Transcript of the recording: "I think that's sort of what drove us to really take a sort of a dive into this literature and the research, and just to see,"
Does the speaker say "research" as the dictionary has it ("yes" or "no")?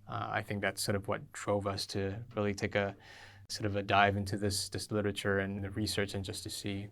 yes